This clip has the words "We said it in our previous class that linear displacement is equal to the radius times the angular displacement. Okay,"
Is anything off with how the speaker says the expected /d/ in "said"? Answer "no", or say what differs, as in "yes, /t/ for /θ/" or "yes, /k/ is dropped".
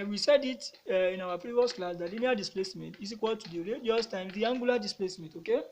no